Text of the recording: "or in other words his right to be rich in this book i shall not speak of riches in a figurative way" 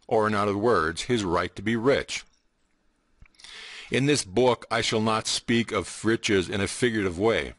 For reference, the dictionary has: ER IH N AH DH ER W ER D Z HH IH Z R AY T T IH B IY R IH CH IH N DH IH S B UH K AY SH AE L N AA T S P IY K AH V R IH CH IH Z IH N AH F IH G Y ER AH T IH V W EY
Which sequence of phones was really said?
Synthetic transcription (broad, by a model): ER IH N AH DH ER W ER D Z HH IH Z R AY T T IH B IY R IH CH IH N DH IH S B UH K AY SH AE L N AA T S P IY K AH V R IH CH IH Z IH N AH F IH G Y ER T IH V W EY